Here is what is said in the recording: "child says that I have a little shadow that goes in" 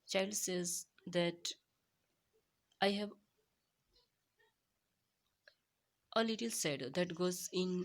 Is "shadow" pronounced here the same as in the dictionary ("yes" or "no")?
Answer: no